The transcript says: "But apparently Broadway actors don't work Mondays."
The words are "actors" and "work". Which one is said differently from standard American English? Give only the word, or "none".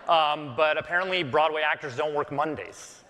none